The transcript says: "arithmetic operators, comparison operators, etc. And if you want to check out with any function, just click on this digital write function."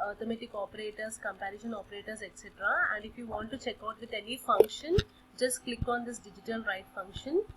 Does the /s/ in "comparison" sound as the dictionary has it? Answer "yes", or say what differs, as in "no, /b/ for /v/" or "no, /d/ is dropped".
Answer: no, /ʃ/ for /s/